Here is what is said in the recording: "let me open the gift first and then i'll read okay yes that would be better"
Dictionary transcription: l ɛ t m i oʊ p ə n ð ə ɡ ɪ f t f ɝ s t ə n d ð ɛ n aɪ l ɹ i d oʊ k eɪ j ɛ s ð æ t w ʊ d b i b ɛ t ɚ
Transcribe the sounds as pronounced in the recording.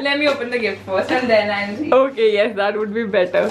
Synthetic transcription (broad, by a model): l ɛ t m i oʊ p ə n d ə ɡ ɪ f t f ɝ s ə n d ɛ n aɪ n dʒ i oʊ k eɪ j ɛ s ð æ t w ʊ d b i b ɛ t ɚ